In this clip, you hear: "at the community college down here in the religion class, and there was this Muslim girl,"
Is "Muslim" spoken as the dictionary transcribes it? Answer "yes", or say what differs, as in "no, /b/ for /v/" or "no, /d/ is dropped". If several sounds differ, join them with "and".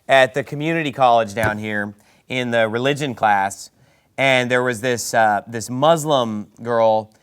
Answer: yes